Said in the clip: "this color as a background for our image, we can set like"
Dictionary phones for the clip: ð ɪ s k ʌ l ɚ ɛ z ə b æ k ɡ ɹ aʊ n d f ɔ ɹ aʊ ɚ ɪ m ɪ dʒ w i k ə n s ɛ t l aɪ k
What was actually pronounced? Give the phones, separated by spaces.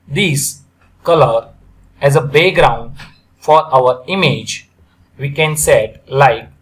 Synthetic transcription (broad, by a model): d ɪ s k ʌ l ɚ ɛ z ə b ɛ ɡ ɹ aʊ n d f ɔ ɹ aʊ ɚ ɪ m ɪ dʒ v i k ə n s ɛ t l aɪ k